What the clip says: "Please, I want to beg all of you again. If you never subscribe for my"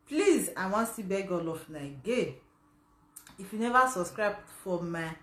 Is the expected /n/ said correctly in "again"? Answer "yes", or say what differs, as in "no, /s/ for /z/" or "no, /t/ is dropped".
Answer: no, /n/ is dropped